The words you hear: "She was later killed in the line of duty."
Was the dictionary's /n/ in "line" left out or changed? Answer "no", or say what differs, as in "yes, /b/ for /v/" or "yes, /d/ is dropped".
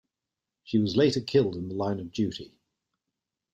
no